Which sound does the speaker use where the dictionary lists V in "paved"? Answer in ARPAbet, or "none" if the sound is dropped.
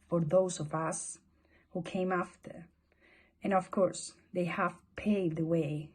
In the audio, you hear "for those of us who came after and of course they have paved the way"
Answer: none